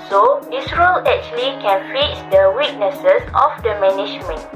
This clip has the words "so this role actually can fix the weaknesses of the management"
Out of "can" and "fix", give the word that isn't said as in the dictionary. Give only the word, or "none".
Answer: fix